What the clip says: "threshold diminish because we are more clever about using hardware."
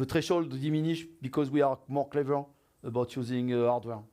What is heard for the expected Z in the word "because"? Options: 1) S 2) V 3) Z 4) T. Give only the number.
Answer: 3